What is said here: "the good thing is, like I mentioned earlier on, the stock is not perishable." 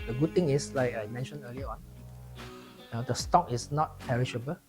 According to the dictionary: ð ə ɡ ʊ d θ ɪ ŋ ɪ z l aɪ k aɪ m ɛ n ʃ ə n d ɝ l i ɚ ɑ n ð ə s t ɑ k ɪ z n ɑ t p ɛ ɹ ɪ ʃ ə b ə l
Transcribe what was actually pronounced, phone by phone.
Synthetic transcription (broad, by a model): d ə ɡ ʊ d t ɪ ŋ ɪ s l aɪ k aɪ m ɛ n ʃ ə n ɝ l i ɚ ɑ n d ə s t ɑ k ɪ s n ɑ t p ɛ ɹ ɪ ʃ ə b ə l